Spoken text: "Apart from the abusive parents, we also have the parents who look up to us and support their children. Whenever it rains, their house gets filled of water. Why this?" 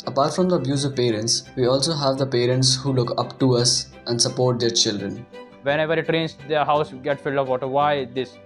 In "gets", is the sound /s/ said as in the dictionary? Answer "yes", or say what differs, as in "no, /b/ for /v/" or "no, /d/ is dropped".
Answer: no, /s/ is dropped